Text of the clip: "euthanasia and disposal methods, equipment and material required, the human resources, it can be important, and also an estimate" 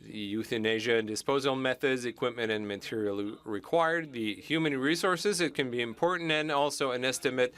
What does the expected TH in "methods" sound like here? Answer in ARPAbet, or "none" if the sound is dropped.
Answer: TH